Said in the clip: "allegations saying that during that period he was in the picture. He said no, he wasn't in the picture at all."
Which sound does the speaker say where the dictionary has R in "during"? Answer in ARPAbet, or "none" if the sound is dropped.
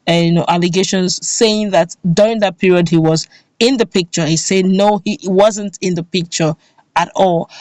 R